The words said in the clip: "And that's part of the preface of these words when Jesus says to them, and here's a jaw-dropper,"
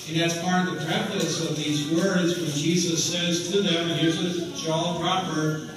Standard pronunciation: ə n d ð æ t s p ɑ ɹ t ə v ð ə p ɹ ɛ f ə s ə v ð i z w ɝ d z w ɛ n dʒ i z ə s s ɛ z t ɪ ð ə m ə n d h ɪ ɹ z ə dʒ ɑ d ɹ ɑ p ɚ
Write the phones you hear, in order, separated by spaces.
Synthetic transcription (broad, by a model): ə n ð æ t s p ɑ ɹ t ə v ð ə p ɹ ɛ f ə s ə v ð i z w ɝ d z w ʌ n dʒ i z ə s s ɛ z t ɪ ð ə m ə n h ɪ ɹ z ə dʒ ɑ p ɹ ɑ p ɚ